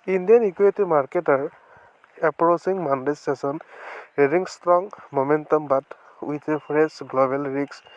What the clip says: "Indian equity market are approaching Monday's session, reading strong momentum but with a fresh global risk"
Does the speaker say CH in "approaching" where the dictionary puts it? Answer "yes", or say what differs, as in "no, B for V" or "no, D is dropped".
no, S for CH